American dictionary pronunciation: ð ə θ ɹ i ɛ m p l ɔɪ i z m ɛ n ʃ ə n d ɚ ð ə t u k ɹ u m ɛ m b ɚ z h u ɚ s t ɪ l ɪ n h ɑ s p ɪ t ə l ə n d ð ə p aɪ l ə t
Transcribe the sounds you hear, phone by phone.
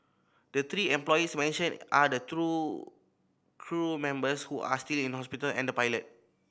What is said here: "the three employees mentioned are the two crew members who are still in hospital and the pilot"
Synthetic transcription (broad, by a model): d ə t ɹ i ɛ m p l ɔɪ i s m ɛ n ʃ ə n ɑ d ə t u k ɹ u m ɛ m b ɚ s h u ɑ s t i l ɪ n h ɑ s p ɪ t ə l ə n d ə p aɪ l ə t